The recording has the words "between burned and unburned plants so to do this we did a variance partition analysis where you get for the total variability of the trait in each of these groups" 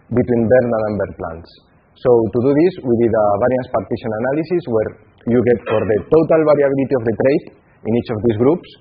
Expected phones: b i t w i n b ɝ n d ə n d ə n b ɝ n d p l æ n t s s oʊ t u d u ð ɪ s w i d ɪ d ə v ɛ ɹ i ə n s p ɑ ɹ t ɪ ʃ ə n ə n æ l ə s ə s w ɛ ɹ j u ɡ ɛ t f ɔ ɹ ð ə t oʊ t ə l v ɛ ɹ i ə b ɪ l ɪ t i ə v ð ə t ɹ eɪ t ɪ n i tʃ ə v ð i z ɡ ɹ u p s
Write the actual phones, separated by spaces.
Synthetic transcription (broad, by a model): b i t w i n b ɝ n ə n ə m b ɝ d p l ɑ n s s oʊ t u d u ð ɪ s w i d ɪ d ə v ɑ ɹ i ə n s p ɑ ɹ t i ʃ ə n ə n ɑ l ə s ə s w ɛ ɹ j u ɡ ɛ t f ɔ ɹ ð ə t oʊ t ə l b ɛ ɹ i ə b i l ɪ t i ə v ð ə t ɹ eɪ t ɪ n i tʃ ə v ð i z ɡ ɹ u p s